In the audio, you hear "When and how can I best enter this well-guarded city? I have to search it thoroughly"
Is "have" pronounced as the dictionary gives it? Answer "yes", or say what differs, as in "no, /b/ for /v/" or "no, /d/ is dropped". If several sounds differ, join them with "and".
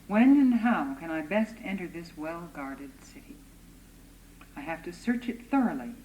no, /f/ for /v/